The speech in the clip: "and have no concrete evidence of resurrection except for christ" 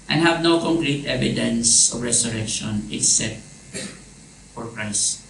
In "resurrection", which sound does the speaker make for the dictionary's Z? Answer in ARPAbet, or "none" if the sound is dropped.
S